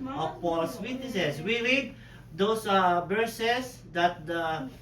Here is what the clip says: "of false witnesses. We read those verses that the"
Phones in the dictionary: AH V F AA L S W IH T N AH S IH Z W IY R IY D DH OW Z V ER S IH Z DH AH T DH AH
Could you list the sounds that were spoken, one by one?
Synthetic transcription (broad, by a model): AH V P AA L S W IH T N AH S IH S W IY R IY D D OW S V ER S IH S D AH T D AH